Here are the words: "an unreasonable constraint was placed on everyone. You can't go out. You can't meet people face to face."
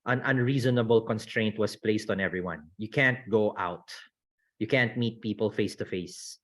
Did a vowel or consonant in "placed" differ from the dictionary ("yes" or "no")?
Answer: no